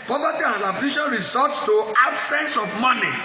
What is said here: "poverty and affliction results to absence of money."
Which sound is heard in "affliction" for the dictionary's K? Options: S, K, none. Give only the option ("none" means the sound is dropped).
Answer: none